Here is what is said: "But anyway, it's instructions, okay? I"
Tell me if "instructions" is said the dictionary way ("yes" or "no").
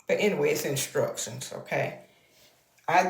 no